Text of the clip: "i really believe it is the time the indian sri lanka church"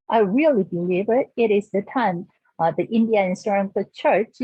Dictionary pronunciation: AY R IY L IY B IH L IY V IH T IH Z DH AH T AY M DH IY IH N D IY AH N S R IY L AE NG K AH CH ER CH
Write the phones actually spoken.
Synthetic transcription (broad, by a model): AY R IY L IY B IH L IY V IH T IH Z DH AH T AY M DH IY IH N D IY AH N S AH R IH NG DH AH CH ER CH